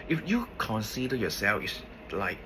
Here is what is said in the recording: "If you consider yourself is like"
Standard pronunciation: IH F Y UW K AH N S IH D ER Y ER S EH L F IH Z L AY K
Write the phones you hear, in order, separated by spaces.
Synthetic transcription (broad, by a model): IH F Y UW K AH N S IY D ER Y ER S EH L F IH S L AY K